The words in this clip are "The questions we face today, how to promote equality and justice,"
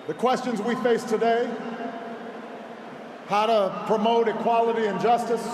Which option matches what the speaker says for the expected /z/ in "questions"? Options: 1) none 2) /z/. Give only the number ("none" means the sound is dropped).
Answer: 2